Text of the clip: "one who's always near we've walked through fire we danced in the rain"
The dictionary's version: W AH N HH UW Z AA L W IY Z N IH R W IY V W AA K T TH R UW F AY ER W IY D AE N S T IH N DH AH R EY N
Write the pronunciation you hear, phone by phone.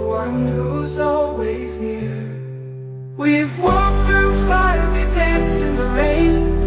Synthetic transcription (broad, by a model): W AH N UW Z AA L W IY Z N IH R W IY V W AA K TH R UW F AY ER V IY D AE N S IH N DH AH R EY N